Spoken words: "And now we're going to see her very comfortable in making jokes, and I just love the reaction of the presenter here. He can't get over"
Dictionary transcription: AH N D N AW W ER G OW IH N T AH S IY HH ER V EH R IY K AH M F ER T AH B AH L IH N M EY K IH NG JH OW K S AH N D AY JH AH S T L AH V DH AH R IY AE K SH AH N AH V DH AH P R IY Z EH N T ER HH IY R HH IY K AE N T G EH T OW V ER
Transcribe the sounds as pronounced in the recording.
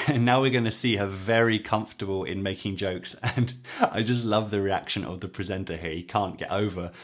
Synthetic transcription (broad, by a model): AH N N AW W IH G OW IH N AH S IY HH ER V EH R IY K AH M F T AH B AH L IH N M EY K IH NG JH OW K S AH N AY JH AH S T L AH V DH AH R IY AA K SH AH N AH V DH AH P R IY Z EH N T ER HH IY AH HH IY K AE N G EH T OW V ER